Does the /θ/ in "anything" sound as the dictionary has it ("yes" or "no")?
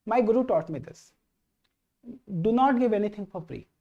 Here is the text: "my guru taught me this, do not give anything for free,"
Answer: no